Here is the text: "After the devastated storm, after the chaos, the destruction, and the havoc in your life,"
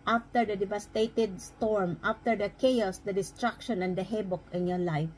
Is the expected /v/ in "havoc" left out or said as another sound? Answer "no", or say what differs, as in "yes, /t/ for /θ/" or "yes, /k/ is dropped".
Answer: yes, /b/ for /v/